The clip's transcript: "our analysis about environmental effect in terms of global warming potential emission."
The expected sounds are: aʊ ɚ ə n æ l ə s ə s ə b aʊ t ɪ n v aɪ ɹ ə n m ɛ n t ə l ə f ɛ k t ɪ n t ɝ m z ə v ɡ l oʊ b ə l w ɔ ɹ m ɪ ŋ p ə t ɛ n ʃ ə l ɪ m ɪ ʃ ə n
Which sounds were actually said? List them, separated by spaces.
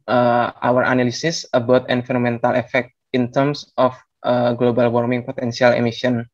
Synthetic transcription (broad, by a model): aʊ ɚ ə n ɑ l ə s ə s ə b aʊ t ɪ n f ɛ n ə m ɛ n t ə l ə f ɛ k t ɪ n t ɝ m s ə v ɡ l oʊ b ə l w ɔ ɹ m ɪ ŋ p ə t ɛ n s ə l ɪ m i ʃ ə n